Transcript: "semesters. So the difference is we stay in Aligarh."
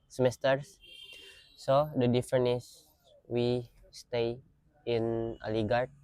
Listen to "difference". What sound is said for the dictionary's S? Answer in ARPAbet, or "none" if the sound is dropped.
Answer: none